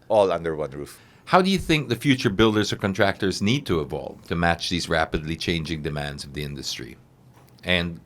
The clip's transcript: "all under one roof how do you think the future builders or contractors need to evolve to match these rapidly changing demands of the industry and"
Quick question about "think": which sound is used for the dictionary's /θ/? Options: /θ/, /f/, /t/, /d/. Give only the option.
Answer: /θ/